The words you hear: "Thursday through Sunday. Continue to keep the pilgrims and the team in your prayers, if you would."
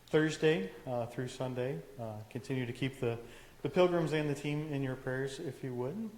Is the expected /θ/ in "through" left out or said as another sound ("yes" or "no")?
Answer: no